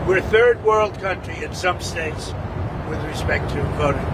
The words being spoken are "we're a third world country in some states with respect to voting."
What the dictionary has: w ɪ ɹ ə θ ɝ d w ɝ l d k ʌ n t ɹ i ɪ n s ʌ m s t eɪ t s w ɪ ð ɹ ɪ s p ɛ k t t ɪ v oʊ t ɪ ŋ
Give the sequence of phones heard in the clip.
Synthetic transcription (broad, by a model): w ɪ ɹ ə θ ɝ d w ɝ l d k ʌ n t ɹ i ɪ n s ʌ m s t eɪ t s w ɪ ð ɹ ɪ s p ɛ k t t ɪ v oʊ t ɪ